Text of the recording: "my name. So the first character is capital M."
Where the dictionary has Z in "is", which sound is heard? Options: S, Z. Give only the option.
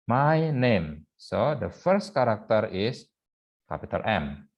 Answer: S